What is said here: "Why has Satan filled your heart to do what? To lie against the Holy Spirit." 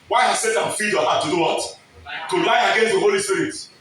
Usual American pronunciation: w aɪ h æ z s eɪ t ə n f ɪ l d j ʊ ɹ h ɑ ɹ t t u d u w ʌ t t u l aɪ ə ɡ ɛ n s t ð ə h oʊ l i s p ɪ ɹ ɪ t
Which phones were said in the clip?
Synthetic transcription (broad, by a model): w aɪ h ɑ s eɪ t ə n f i d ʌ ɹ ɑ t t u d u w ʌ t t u l aɪ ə ɡ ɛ n s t ð ə h oʊ l i s p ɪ ɹ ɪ t